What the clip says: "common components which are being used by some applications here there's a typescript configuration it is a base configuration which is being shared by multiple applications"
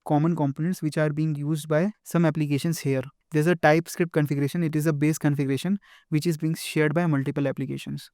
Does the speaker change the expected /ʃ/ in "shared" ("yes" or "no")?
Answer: no